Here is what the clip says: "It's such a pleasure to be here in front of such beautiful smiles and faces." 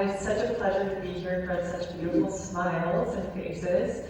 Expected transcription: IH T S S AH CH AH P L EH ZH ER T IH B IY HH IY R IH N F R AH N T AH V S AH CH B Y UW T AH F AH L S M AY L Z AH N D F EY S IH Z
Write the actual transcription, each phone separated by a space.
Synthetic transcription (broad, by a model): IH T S S AH CH AH P L EH ZH ER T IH B IY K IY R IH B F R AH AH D S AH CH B Y UW T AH F L S M AY L Z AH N F EY S IH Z